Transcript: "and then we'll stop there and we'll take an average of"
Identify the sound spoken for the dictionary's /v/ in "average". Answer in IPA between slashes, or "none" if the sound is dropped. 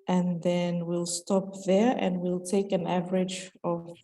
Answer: /v/